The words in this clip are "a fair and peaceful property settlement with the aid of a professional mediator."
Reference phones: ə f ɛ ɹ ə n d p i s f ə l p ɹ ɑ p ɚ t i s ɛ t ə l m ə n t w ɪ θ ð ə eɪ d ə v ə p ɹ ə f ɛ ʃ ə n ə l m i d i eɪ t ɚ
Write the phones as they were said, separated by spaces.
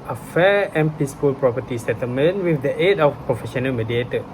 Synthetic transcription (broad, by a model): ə f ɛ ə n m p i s p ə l p ɹ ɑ p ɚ t i s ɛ t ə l m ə n w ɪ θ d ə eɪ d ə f p ɹ ə f ɛ ʃ ə n ə l m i d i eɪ t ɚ